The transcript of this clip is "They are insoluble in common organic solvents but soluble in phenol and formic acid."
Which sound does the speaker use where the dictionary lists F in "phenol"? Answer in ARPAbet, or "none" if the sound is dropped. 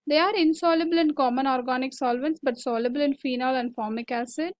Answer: F